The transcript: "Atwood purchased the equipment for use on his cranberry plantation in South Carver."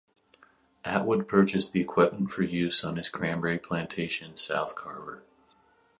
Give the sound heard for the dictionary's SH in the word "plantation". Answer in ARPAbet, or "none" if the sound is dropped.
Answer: none